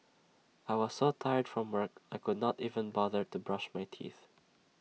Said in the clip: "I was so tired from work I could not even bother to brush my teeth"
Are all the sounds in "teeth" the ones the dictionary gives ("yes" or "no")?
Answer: yes